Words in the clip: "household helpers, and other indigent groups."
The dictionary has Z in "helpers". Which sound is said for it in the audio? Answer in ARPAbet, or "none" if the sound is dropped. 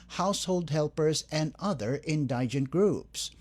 Z